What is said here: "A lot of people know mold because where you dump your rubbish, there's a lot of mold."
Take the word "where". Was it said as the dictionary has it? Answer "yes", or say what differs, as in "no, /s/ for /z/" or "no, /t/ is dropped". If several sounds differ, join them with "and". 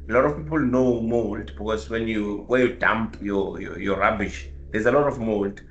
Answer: no, /w/ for /ɹ/